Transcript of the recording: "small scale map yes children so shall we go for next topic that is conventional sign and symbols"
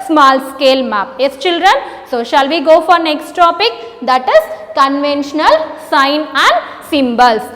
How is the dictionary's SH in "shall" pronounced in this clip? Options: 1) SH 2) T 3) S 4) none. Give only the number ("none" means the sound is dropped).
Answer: 1